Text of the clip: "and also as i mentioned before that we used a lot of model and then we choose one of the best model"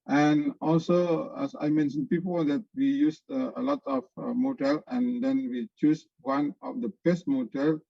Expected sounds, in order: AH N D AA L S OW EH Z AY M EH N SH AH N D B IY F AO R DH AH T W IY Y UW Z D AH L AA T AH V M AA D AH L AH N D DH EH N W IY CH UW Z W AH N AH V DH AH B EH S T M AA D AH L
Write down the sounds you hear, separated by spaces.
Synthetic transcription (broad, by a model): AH N AA L S OW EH S AY M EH N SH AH N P IY P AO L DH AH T W IY Y UW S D AH L AA T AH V M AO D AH L AH N D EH N W IY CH UW S W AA N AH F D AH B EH S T M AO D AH L